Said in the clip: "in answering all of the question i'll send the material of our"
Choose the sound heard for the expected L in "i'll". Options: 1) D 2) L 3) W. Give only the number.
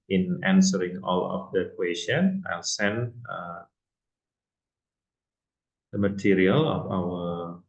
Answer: 2